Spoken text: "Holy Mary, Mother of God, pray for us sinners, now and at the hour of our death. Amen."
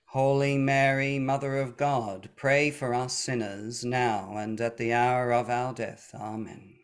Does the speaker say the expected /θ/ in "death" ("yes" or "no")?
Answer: yes